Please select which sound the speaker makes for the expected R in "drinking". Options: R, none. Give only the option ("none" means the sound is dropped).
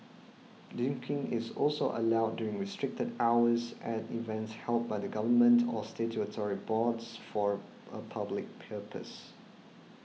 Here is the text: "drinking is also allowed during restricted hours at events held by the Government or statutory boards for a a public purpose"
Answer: none